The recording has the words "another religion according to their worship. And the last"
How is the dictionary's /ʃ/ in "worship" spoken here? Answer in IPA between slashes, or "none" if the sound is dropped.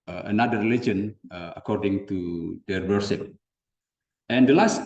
/s/